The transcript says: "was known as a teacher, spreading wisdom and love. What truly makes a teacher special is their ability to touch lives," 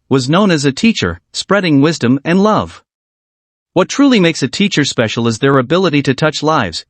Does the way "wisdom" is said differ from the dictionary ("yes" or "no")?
no